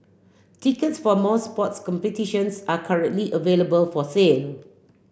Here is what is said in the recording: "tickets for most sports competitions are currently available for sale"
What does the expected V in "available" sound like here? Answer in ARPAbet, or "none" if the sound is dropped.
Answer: V